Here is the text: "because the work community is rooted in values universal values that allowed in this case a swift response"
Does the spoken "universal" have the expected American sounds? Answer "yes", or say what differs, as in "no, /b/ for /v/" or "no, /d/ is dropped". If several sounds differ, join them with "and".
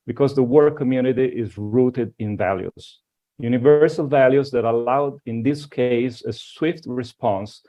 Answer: yes